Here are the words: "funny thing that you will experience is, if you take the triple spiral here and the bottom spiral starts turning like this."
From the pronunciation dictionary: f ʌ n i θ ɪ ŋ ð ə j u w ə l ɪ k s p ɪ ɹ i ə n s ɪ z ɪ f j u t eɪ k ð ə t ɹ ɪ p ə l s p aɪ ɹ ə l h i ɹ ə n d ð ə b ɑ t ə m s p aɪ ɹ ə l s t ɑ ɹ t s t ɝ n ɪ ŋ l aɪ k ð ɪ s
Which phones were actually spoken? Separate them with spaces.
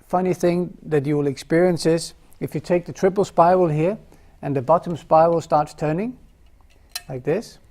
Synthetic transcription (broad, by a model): f ʌ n i θ ɪ ŋ ð ə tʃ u w ə l ɪ k s p ɪ ɹ i ə n s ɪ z ɪ f j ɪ t eɪ k ð ə t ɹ ɪ p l s p aɪ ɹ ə l h i ɹ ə n ð ə b ɑ t ə m s p aɪ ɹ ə l s t ɑ ɹ t s t ɝ n ɪ ŋ l aɪ k ð ɪ s